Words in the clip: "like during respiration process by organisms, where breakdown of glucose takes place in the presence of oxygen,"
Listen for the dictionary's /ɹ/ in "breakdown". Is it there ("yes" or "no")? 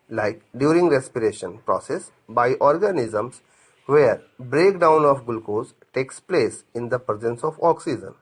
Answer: yes